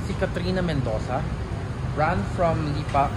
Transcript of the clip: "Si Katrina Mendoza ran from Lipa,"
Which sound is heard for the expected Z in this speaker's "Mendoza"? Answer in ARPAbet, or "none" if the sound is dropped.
S